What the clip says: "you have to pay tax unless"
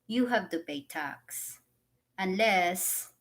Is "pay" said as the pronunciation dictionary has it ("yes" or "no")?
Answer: no